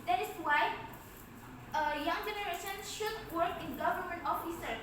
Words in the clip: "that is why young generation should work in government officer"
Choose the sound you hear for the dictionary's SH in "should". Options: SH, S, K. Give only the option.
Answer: SH